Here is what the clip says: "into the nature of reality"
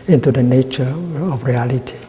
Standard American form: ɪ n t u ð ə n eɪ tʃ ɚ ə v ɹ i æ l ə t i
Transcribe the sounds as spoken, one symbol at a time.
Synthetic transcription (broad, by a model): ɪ n t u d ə n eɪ tʃ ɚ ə f ɹ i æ l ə t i